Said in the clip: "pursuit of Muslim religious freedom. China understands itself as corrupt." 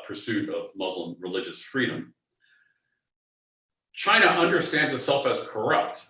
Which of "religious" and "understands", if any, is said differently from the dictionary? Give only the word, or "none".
none